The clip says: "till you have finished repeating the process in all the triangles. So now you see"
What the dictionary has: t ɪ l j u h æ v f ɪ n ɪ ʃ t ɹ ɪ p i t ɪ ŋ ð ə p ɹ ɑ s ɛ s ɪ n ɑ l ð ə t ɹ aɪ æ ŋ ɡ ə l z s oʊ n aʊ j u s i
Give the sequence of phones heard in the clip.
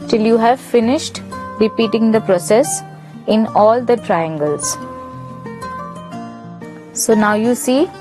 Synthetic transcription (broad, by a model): t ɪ l j u h æ v f ɪ n ɪ ʃ t ɹ ɪ p i t ɪ ŋ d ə p ɹ ɑ s ɛ s ɪ n ɑ l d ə t ɹ aɪ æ ŋ ɡ ə l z s oʊ n aʊ j u s i